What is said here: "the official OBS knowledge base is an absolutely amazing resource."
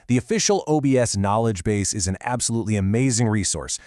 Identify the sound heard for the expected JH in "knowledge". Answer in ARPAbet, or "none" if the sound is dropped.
JH